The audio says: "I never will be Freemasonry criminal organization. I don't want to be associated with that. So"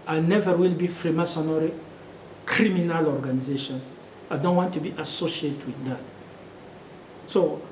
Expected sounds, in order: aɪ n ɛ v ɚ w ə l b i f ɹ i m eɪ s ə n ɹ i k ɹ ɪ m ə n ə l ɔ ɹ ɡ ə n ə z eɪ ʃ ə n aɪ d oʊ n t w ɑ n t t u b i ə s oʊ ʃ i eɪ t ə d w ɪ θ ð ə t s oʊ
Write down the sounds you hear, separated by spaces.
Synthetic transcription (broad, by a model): aɪ n ɛ v ɚ w ə l b i f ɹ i m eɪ s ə n ɹ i k ɹ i m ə n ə l ɔ ɹ ɡ ə n ə z eɪ ʃ ə n aɪ d oʊ n t w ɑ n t t u b i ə s oʊ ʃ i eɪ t w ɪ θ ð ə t s oʊ